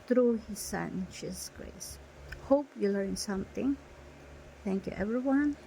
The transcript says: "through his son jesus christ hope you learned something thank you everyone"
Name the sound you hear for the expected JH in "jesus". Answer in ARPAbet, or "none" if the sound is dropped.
SH